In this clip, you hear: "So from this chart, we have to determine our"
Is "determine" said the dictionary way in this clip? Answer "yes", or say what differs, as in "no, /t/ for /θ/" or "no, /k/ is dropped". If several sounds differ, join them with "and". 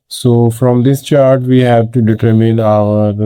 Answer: yes